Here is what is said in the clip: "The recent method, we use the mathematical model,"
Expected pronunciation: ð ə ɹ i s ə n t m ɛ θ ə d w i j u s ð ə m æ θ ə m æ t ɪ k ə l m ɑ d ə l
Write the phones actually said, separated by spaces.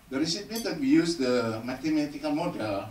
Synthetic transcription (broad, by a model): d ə ɹ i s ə t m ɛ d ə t w i j u s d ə m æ t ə m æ t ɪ k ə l m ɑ d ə l